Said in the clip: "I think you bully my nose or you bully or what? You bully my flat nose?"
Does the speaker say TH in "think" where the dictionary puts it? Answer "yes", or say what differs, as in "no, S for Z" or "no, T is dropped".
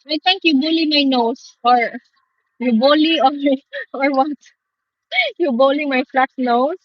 no, T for TH